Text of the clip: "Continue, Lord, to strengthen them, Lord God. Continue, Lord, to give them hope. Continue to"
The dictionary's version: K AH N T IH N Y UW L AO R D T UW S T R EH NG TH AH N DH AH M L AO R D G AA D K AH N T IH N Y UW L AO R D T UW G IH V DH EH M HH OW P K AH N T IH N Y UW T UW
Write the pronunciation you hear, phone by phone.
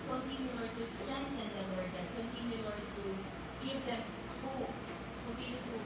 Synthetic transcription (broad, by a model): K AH N T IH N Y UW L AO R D T UW S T EH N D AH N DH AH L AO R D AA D K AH N T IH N Y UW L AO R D T UW G IH V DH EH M HH OW P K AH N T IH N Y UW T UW